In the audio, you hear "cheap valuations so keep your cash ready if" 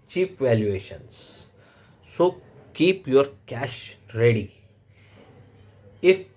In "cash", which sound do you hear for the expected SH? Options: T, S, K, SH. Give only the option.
SH